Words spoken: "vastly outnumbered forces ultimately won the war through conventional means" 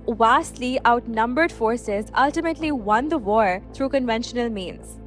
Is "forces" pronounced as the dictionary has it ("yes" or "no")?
yes